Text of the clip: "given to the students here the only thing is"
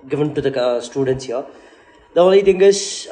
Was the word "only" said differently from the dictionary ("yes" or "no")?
yes